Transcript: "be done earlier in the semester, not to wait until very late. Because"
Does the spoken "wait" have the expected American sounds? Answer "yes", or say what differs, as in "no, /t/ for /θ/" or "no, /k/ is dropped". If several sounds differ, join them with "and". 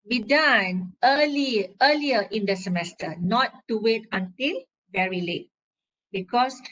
yes